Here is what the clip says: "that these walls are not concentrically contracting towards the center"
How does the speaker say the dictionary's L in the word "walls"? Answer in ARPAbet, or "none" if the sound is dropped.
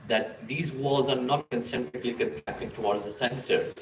none